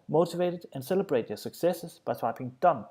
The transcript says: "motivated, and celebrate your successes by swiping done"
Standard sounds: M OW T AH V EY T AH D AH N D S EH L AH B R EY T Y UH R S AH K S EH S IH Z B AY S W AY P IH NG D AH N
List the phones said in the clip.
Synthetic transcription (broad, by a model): M OW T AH V EY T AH D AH N S EH L AH B R EY T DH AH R S AH K S EH S IH Z B AY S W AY P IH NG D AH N